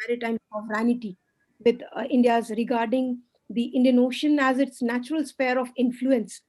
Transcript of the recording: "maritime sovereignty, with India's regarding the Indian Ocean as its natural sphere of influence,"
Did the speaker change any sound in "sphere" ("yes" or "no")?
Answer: yes